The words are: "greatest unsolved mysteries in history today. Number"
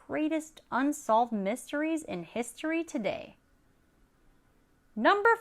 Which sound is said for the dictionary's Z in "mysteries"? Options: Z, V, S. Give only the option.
Z